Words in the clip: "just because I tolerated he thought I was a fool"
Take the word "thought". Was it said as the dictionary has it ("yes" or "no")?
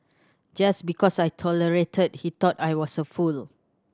no